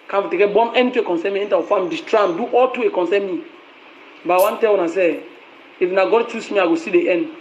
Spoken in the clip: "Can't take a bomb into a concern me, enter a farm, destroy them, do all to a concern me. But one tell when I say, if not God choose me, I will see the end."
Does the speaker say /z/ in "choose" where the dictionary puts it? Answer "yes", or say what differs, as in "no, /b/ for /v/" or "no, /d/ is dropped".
no, /s/ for /z/